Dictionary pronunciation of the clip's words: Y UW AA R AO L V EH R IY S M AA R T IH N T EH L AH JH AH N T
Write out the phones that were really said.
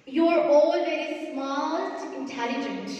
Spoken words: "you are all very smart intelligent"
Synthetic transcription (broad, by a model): Y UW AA R AO L V EH R IY S M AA L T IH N T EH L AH JH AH N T